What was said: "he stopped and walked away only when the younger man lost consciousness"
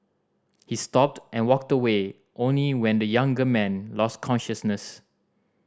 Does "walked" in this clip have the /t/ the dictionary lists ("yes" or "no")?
yes